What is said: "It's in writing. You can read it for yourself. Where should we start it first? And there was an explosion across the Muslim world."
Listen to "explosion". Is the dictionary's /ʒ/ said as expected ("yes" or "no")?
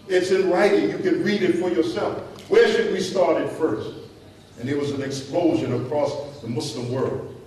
yes